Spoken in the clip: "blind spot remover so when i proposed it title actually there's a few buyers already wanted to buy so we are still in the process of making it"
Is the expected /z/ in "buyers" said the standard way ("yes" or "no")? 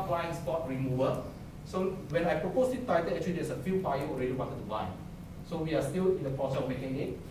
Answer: no